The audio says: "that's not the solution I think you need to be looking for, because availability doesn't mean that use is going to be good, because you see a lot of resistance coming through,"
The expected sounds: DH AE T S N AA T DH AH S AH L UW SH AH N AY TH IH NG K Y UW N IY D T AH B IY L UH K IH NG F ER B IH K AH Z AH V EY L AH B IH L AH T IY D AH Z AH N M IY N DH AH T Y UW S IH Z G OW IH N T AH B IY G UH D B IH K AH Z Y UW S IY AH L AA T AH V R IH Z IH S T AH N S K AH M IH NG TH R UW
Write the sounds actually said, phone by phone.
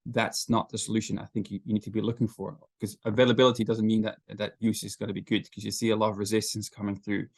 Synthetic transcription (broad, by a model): DH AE T S N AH T DH AH S AH L UW SH AH N AY TH IH NG K Y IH N IY D T AH B IY L UH K IH NG F ER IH K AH Z AH V EY L AH B IH L AH T IY D AH Z AH N M IY N DH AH T Y UW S IH Z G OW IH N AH B IY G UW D K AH Z Y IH S IY AH L AA T AH V R IH Z IH S T AH N S K AH M IH NG TH R UW